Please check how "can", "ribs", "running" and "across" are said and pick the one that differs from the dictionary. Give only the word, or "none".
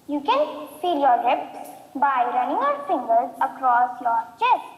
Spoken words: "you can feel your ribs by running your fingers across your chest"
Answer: ribs